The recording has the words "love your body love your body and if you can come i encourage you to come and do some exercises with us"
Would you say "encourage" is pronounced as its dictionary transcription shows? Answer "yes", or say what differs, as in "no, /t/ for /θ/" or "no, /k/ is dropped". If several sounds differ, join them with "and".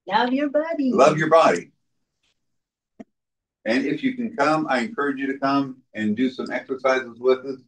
yes